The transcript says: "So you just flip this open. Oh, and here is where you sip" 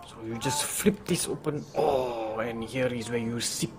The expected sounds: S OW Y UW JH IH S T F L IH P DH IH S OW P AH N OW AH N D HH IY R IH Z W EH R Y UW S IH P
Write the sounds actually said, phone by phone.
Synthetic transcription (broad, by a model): S OW Y UW JH IH S T F L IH P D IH S OW P AH N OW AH N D HH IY R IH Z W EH Y UW S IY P